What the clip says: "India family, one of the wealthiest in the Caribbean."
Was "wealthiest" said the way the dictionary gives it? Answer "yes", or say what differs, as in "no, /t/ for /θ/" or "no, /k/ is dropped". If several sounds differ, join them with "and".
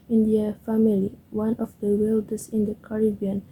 no, /t/ is dropped